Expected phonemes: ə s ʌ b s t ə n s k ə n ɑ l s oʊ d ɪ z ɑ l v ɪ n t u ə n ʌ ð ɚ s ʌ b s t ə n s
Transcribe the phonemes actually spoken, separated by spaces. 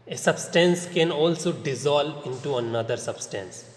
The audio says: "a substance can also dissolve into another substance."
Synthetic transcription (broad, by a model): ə s ʌ b s t ə n s k ə n ɑ l s oʊ d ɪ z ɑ l ɪ n t u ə n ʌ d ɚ s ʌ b s t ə n s